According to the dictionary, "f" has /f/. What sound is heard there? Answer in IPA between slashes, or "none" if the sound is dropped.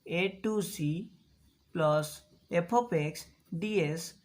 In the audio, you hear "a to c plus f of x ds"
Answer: /p/